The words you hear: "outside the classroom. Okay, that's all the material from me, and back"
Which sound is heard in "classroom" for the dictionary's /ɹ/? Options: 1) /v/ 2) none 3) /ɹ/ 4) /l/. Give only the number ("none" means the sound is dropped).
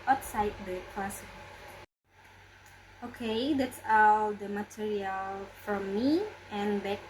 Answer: 2